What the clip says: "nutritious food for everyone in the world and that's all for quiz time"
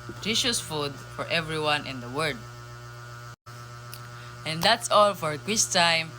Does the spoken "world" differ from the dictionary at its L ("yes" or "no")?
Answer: yes